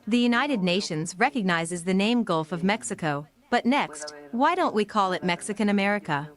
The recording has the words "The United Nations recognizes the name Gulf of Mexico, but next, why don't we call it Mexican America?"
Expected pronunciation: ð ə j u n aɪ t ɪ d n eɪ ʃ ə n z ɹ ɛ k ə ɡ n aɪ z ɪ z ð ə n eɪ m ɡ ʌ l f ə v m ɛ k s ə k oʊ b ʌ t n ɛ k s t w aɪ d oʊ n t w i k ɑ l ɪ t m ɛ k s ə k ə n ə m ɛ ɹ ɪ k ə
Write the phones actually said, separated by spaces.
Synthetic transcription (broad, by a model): ð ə j u n aɪ t ɪ d n eɪ ʃ ə n z ɹ ɛ k ə ɡ n aɪ z ɪ z ð ə n eɪ m ɡ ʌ l f ə v m ɛ k s ə k oʊ b ʌ t n ɛ k s t w aɪ d oʊ n t w i k ɑ l ɪ t m ɛ k s ə k ə n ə m ɛ ɹ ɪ k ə